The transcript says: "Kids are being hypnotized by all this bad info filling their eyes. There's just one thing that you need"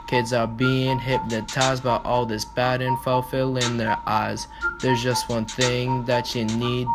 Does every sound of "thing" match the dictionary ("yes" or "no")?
yes